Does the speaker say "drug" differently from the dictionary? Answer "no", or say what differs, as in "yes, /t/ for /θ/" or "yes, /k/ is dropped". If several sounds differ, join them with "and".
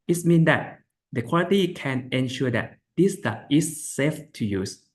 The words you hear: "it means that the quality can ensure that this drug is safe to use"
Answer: yes, /ɹ/ is dropped